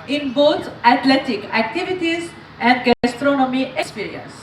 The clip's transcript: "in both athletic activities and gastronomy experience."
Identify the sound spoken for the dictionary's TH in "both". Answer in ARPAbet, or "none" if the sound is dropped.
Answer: T